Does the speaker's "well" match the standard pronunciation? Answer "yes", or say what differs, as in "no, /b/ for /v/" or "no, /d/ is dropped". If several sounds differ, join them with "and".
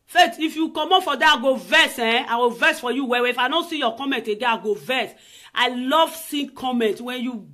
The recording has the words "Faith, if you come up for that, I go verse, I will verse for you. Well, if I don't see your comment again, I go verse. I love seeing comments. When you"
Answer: no, /w/ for /l/